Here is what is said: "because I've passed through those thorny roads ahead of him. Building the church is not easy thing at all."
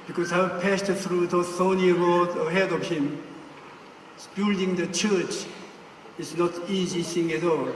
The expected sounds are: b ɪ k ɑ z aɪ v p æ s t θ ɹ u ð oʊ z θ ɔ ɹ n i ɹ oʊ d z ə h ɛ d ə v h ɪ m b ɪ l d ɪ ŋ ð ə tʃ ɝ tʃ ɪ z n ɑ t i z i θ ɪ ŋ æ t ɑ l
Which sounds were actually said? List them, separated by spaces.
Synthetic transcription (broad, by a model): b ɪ k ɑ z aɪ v p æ s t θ ɹ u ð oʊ θ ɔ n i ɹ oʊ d ə h ɛ d ə v h ɪ m b ɪ l d ɪ ŋ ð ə tʃ ɝ tʃ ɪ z n ɑ t i z i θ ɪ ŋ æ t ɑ l